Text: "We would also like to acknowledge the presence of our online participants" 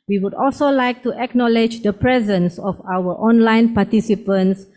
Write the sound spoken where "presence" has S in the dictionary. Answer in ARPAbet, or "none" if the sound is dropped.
S